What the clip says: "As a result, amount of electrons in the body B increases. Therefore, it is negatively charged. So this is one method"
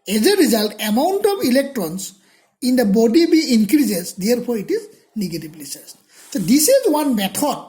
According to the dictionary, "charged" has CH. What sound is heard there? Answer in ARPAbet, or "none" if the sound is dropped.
S